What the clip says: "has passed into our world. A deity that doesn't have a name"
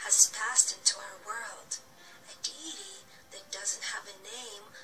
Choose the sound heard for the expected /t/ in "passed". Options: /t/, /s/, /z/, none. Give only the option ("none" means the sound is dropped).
/t/